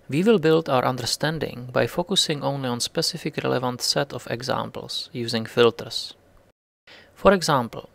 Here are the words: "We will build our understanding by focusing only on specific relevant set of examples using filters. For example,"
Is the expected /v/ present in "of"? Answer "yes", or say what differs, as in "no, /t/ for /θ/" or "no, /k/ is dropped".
no, /f/ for /v/